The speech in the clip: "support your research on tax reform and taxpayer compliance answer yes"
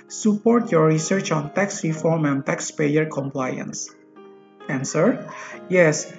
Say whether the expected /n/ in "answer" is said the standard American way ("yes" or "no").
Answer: yes